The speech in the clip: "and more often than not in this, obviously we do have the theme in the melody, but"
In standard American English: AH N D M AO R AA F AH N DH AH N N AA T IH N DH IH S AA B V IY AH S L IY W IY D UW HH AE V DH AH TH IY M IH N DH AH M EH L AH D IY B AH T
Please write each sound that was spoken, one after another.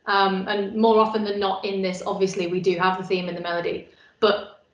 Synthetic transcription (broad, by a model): AH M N M AO R AA F AH N DH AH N N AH T IH N DH IH S AA B V IY AH S L IY W IY D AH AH V DH AH TH IY M IH N DH AH M EH L AH D IY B AH T